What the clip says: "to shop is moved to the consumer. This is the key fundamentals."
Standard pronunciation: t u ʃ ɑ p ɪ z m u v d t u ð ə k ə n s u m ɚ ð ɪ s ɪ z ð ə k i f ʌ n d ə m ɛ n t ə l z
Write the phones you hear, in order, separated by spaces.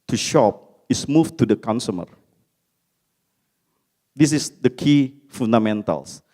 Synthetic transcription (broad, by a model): t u ʃ ɑ p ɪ s m u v t u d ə k ə n s u m ɚ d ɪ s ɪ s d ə k i f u n d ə m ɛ n t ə l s